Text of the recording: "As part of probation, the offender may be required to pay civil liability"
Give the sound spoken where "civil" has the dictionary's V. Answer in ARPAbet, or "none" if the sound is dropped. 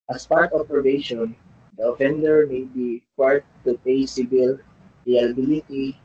B